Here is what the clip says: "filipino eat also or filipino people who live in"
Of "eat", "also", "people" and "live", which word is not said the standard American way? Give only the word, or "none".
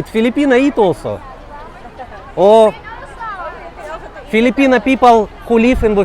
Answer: live